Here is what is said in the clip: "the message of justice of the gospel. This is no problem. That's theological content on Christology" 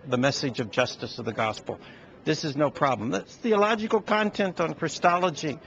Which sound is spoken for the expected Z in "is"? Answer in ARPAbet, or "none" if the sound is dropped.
Z